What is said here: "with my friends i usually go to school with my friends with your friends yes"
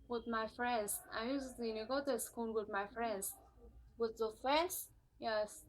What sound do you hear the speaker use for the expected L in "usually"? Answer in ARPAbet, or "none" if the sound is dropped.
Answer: N